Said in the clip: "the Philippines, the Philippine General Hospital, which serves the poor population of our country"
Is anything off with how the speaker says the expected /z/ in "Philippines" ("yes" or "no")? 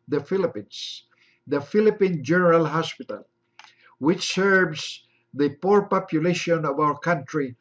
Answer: yes